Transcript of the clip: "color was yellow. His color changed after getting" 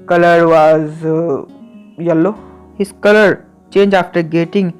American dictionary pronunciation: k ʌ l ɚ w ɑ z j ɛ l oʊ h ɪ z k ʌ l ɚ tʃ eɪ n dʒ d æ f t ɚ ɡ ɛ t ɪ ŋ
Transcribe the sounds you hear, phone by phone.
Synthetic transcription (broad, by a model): k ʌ l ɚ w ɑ z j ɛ l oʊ h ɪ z k ʌ l ɚ tʃ eɪ n dʒ æ f t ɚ ɡ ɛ t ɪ ŋ